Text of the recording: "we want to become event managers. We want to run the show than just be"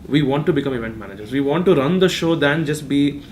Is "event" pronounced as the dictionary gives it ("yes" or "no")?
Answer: yes